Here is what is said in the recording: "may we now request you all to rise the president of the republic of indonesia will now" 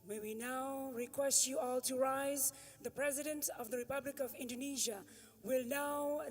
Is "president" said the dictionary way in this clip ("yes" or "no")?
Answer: yes